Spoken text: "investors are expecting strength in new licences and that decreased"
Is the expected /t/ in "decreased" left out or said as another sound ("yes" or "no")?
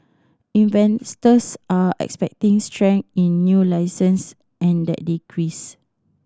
yes